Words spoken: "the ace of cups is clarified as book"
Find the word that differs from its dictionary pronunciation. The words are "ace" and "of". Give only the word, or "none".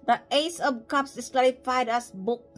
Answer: of